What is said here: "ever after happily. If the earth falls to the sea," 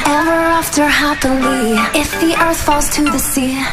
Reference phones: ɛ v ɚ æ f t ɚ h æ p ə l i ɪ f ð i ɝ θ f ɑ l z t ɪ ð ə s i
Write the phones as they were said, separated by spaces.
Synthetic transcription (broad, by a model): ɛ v ɚ æ f t ɚ h æ p ə l i ɪ f ð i ɝ θ f ɑ l z t ɪ ð ə s i